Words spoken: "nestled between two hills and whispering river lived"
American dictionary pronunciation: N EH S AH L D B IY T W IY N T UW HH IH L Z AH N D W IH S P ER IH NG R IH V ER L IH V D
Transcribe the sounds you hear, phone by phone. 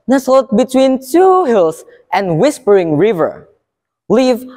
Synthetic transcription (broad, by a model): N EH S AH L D B IY T W IY N T UW HH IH L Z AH N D W IH S P ER IH NG R IH V ER L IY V